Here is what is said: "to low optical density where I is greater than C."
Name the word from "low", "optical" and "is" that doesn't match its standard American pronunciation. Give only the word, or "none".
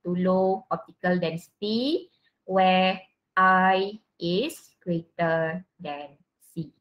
is